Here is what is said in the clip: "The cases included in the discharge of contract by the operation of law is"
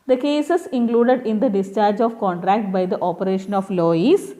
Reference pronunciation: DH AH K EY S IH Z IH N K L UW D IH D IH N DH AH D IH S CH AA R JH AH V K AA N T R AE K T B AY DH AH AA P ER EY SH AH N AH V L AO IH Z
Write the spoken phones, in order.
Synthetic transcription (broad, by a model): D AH K EY S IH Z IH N K L UW D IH D IH N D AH D IH S CH AA R JH AH V K AA N T R AE K T B AY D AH AA P ER EY SH AH N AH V L AO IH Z